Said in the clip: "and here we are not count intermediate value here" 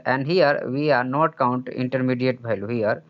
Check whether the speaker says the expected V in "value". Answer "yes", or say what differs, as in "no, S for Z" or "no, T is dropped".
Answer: no, B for V